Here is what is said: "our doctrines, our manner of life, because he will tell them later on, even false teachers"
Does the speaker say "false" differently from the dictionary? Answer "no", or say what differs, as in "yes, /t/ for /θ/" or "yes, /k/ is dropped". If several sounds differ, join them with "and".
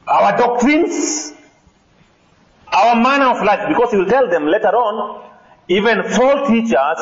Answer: yes, /s/ is dropped